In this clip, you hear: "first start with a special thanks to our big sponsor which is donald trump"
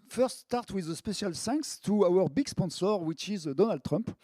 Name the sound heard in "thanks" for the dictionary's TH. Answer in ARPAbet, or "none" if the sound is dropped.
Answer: S